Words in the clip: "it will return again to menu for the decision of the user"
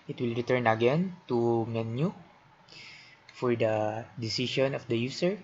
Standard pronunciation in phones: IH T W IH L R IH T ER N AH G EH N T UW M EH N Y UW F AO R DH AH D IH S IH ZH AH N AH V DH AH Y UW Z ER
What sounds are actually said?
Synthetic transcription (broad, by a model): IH T W IH L R IH T ER N AH G EH N T UW M EH N Y UW F AO R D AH D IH S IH SH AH N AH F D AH Y UW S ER